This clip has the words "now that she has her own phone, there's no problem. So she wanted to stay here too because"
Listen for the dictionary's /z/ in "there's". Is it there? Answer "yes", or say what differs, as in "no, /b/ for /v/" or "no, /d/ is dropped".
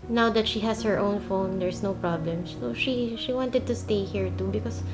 no, /s/ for /z/